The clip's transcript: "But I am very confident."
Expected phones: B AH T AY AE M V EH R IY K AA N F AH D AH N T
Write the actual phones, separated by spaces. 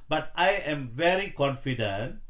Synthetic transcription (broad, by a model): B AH T AY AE M V EH R IY K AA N F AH D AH N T